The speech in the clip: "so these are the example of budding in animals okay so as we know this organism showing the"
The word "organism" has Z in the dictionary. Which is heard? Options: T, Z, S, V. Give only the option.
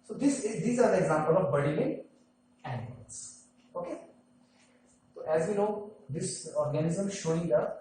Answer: Z